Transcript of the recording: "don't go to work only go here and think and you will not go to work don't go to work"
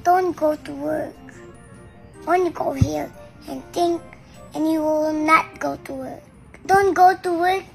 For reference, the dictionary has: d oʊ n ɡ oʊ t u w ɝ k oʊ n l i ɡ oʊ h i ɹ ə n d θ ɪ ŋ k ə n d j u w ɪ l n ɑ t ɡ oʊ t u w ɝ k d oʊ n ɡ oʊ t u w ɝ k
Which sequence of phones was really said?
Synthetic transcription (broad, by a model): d oʊ n ɡ oʊ t u w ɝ k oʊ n i ɡ oʊ h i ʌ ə n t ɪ ŋ k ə n j u w ɪ l n ɑ t ɡ oʊ t u w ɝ k d oʊ n ɡ oʊ t u w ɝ k